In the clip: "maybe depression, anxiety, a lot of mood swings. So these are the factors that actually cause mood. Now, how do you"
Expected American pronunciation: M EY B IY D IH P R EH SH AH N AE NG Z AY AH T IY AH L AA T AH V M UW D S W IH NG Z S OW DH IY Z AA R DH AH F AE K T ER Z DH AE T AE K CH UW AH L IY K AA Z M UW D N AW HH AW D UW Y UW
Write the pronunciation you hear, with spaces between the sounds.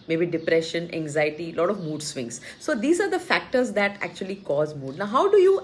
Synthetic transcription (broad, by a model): M EY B IY D IH P R EH SH AH N AE NG Z AY AH T IY L AA T AH V M UW D S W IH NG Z S OW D IY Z AA R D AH F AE K T ER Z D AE T AE K CH UW AH L IY K AA Z M UW D N AW HH AW D UW Y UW